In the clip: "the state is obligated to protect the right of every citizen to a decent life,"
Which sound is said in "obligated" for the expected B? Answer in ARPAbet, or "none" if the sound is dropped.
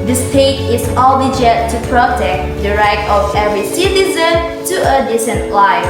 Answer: none